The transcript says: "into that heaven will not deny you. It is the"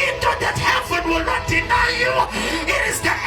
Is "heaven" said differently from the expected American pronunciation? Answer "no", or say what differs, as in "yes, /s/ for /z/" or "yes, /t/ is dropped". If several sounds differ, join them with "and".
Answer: yes, /b/ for /v/